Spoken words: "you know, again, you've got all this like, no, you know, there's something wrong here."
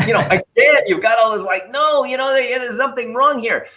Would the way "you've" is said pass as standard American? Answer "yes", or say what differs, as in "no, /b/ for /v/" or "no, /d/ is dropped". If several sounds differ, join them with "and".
yes